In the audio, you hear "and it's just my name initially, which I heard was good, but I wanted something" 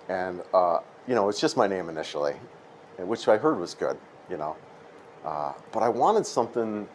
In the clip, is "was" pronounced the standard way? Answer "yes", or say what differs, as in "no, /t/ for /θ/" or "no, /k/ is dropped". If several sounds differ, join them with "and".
yes